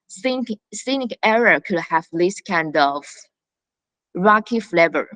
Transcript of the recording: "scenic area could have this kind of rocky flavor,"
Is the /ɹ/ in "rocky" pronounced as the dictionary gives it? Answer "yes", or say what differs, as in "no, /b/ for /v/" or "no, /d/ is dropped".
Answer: yes